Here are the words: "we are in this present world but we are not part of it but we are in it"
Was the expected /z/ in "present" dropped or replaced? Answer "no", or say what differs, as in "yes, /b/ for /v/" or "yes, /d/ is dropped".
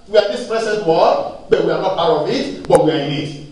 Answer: yes, /s/ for /z/